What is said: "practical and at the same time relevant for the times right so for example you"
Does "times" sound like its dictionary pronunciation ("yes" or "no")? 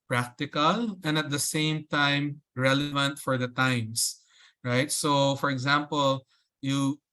no